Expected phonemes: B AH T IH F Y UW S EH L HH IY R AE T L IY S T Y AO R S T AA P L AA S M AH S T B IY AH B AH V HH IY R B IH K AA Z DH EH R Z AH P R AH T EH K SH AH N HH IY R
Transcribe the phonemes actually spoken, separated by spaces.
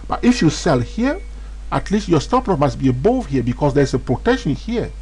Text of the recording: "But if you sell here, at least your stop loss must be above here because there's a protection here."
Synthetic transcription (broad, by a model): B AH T IH F Y UW S EH L HH IY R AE T L IY S T Y AO R S T AA P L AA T M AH S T B IY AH B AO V HH IY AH B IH K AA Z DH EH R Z AH P R AH T EH K SH AH N HH IY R